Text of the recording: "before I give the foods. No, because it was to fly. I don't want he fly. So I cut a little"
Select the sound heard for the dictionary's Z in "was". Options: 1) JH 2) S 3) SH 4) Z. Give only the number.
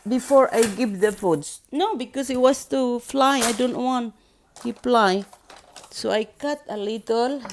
2